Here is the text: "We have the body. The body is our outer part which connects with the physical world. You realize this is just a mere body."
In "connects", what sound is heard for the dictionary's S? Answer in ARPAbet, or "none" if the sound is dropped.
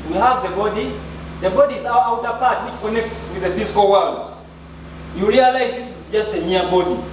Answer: S